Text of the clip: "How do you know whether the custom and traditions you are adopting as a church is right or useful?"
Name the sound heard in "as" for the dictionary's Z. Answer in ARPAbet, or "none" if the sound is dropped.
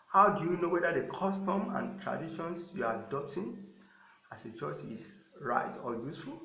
S